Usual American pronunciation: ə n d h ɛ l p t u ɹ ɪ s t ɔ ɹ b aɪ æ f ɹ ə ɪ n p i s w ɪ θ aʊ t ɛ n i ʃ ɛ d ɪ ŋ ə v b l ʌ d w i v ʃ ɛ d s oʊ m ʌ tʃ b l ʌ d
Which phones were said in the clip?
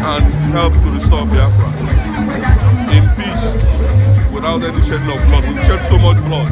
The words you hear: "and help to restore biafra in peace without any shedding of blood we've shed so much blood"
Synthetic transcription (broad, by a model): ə n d h ɛ l p t u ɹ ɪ s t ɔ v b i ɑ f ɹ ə ɪ n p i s w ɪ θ aʊ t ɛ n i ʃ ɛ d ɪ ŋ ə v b l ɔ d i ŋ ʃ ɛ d s oʊ m ʌ tʃ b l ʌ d